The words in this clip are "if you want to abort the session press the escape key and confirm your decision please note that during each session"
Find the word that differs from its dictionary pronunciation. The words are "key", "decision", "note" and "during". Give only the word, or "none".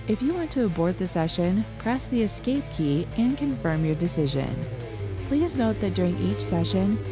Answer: none